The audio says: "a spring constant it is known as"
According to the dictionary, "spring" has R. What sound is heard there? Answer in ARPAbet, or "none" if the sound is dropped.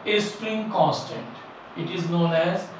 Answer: R